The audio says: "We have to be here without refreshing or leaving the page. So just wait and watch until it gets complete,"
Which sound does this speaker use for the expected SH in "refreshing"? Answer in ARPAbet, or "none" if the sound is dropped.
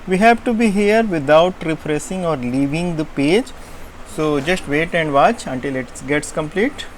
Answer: S